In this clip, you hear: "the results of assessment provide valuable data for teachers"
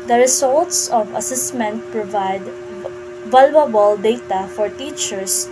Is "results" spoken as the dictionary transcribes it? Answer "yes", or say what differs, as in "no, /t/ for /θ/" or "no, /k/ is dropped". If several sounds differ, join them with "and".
no, /s/ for /z/